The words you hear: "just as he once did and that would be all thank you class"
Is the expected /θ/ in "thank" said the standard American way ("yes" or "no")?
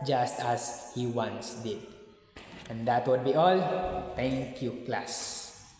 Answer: no